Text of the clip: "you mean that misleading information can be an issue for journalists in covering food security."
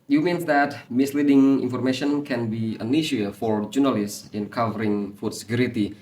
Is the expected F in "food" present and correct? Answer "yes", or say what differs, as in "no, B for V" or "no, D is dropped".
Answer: yes